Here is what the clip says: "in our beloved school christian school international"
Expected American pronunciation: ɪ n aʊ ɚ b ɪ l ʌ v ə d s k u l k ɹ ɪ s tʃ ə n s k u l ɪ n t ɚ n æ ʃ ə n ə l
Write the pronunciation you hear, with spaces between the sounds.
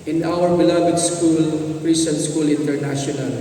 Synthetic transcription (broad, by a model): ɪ n aʊ ɚ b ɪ l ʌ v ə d s k u l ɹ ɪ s ə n s k u l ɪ n t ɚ n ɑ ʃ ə n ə l